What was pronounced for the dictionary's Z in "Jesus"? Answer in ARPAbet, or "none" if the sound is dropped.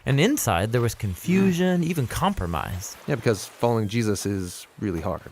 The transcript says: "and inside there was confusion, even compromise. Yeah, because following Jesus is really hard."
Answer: Z